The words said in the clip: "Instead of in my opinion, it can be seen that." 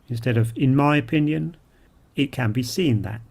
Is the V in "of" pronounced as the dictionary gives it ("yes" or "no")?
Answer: yes